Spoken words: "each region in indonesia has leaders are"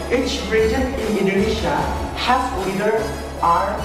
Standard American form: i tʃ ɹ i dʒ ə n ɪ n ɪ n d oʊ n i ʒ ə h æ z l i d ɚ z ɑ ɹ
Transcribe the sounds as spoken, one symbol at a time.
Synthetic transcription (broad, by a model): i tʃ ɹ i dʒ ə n ɪ n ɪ n d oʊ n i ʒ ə h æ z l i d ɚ ɑ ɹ